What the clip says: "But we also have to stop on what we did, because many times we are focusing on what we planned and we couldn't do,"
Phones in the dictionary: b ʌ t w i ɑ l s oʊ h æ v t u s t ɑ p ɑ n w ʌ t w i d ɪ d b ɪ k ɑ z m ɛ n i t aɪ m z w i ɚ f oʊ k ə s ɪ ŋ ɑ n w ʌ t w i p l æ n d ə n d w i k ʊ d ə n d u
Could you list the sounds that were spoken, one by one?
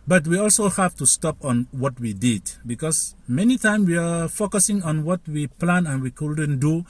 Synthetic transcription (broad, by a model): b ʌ t w i ɑ l s oʊ h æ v t u s t ɑ p ɑ n w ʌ t w i d ɪ d b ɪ k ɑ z m ɛ n i t aɪ m w i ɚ f oʊ k ə s ɪ ŋ ɑ n w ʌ t w i p l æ n ə n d w i k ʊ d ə n d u